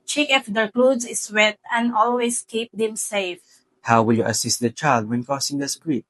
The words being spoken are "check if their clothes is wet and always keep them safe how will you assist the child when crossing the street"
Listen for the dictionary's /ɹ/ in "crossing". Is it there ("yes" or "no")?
no